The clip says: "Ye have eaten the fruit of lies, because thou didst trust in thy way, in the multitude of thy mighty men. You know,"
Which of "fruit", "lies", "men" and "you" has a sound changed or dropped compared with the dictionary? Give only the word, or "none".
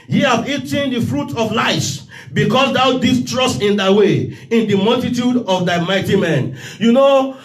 lies